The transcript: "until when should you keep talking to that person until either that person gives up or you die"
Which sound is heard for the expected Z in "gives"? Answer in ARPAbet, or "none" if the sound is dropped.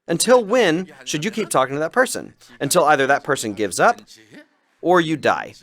Z